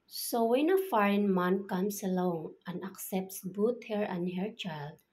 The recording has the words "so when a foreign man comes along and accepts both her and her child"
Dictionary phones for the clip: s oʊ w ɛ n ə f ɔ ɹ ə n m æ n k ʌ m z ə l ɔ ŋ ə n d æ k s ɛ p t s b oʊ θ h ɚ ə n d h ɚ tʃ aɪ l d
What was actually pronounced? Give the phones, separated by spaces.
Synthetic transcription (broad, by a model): s oʊ w ɛ n ə f ɔ ɹ ə n m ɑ n k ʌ m s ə l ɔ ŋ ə n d æ k s ɛ p t s b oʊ t h ɚ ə n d h ɚ tʃ aɪ l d